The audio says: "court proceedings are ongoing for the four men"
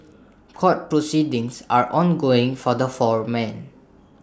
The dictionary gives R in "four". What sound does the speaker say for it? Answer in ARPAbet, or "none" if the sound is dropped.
R